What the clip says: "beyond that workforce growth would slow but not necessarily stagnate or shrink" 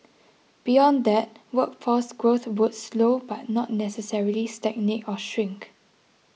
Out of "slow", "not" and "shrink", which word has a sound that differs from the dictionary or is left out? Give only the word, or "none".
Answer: none